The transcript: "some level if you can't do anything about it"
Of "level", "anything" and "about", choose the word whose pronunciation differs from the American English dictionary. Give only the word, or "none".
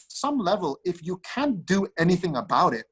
none